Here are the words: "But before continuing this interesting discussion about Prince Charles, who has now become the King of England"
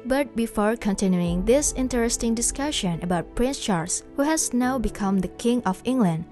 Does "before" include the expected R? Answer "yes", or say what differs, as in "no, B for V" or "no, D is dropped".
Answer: yes